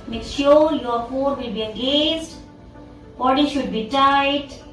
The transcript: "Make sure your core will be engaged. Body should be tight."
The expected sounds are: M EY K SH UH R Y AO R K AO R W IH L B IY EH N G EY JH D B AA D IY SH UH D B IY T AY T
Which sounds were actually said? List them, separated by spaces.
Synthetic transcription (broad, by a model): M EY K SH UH R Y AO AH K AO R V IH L B IY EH G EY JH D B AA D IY SH UH D B IY T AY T